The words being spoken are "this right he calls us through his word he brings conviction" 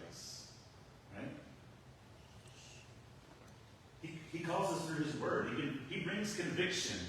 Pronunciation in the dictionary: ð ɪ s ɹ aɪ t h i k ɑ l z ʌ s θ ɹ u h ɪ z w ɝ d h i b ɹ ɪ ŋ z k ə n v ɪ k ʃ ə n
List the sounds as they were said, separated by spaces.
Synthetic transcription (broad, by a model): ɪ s ɹ aɪ t h i k ɑ l z ʌ s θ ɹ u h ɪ z w ɝ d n i b ɹ ɪ ŋ z k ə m v ɪ k ʃ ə n